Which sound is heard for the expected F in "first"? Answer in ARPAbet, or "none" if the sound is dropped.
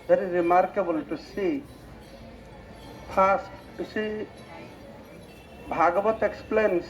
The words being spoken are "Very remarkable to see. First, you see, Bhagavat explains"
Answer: P